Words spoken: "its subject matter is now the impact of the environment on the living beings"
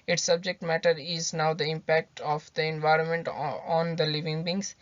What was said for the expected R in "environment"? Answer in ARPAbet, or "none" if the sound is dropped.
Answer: R